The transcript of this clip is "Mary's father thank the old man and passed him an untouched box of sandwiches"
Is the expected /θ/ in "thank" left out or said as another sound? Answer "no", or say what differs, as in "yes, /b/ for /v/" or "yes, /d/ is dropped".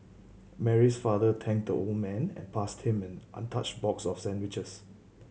yes, /t/ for /θ/